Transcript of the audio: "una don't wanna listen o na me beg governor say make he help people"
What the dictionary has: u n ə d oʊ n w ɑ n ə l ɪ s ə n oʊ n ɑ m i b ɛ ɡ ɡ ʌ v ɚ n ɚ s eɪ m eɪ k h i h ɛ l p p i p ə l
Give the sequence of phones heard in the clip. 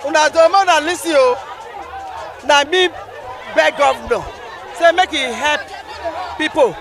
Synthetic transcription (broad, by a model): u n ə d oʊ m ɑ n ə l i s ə oʊ n ɑ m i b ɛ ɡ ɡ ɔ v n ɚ s eɪ m eɪ k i h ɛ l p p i p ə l